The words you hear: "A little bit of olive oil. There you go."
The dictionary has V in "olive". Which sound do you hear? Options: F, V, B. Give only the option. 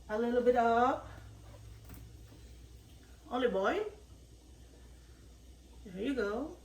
B